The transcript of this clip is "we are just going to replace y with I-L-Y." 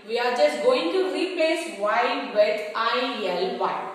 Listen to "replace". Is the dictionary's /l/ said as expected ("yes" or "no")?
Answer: no